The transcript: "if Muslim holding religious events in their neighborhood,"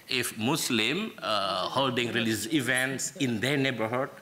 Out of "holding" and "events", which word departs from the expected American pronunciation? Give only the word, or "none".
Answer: none